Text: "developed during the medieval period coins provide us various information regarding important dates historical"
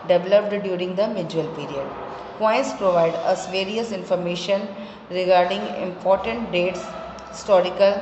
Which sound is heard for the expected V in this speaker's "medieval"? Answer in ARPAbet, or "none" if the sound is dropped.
none